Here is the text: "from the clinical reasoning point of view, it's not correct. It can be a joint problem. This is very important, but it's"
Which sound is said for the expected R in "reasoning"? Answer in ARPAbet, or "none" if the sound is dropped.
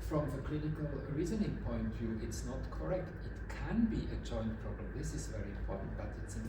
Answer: R